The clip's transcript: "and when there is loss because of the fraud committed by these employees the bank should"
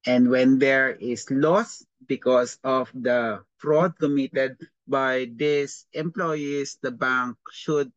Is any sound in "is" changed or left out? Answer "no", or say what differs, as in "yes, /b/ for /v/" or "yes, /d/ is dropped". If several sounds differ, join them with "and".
yes, /s/ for /z/